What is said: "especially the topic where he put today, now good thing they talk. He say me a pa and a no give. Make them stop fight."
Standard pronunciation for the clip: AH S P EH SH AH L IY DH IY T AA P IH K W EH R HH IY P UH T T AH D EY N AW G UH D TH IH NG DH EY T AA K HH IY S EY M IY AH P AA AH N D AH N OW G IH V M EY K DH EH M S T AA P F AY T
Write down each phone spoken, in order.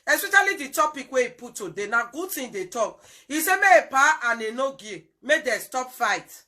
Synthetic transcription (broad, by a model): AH S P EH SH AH L IY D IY T AA P IH K W EH IY P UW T T AH D EY N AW G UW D T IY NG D EY T AA K IY S EY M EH AH P AA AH N AH N OW G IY M EY K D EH S T AA P F AY T